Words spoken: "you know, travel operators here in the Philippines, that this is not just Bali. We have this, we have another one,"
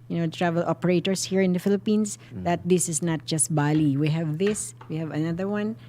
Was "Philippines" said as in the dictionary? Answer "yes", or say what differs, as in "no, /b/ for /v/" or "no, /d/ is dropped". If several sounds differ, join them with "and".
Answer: no, /s/ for /z/